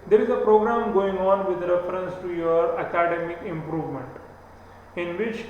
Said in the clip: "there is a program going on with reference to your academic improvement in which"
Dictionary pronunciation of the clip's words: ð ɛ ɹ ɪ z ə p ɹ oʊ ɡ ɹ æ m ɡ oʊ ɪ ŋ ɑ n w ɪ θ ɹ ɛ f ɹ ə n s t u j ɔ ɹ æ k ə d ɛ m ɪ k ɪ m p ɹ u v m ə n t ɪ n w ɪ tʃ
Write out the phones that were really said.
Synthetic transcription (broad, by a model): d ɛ ɹ ɪ z ə p ɹ oʊ ɡ ɹ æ m ɡ oʊ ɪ ŋ ɑ n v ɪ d ɹ ɛ f ɹ ə n s t u j ɔ ɹ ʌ k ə d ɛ m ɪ k ɪ m p ɹ u v m ə n t ɪ n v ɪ tʃ